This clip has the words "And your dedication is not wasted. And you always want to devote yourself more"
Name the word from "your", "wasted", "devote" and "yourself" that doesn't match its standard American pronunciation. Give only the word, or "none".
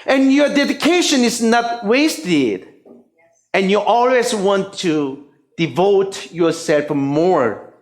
none